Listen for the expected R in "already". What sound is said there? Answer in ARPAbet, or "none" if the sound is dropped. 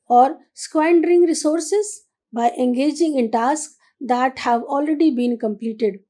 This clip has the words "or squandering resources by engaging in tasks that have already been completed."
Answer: R